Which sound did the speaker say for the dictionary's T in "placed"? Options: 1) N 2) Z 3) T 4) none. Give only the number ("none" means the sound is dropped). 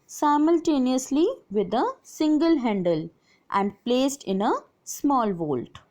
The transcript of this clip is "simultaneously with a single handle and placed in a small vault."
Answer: 3